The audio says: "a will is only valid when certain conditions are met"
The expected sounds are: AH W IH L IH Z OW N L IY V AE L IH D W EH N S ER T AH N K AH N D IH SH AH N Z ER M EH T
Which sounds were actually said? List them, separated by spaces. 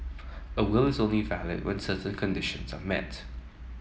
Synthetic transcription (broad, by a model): AH W IH L IH Z OW N L IY V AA L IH D W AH N S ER T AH N K AH N D IH SH AH N Z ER M EH T